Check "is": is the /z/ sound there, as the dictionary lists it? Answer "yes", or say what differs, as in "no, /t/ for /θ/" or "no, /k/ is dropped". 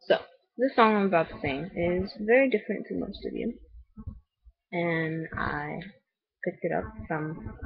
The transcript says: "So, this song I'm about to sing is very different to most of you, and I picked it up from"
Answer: yes